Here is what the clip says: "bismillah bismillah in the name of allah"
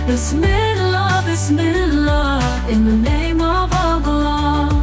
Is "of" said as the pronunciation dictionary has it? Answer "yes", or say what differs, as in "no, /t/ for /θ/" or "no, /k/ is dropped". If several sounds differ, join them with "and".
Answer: yes